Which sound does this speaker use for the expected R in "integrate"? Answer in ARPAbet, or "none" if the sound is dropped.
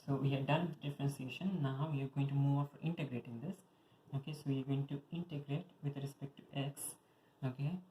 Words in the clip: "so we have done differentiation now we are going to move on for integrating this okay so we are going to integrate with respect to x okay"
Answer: R